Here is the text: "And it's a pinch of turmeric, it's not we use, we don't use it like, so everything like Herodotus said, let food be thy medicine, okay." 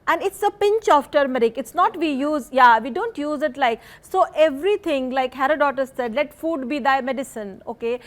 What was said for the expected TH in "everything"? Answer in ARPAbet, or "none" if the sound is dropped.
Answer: T